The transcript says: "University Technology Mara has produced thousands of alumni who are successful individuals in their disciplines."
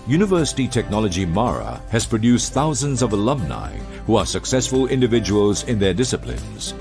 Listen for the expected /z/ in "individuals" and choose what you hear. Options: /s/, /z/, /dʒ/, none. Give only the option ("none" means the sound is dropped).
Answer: /z/